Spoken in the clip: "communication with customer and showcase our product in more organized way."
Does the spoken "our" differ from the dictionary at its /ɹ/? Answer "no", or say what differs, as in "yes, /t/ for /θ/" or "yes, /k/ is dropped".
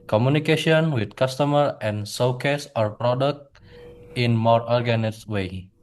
no